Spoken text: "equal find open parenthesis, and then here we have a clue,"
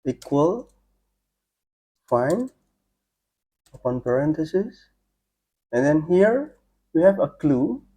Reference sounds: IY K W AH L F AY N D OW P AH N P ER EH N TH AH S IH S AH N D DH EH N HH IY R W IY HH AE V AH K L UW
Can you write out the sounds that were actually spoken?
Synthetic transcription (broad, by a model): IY K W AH L F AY N OW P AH N P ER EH N T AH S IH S AH N D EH N HH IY R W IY HH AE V AH K L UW